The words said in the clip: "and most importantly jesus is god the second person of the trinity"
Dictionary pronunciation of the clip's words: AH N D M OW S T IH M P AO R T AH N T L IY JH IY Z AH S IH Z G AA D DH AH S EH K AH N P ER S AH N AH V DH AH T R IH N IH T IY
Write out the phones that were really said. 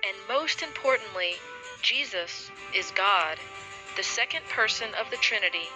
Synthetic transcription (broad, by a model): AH N M OW S T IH M P AO R T N T L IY JH IY Z AH S IH Z G AA D DH AH S EH K AH N P ER S AH N AH V DH AH T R IH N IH T IY